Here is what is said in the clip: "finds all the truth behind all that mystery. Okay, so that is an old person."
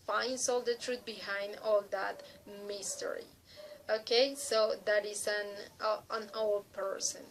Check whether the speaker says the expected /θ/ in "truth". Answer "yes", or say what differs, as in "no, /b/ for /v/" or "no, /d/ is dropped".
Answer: no, /t/ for /θ/